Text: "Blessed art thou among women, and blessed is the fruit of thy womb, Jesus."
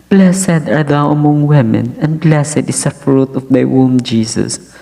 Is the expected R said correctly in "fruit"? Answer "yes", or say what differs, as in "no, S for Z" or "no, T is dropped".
yes